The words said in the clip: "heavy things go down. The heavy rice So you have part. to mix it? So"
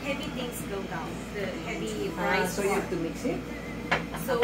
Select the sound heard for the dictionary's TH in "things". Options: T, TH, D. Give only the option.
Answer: T